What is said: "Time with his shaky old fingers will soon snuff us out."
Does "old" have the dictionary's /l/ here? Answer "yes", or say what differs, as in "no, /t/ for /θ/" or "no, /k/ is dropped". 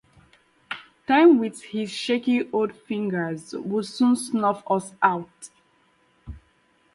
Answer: no, /l/ is dropped